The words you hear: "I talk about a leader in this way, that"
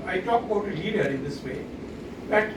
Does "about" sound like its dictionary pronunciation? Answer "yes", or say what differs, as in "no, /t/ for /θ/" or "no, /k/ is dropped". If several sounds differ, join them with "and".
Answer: no, /b/ is dropped